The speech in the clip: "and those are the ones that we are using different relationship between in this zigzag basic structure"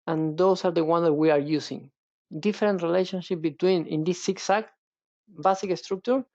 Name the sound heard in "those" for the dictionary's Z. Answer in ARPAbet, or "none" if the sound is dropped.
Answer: S